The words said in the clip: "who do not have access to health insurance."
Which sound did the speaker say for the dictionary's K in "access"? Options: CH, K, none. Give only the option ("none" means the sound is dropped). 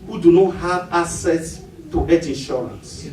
none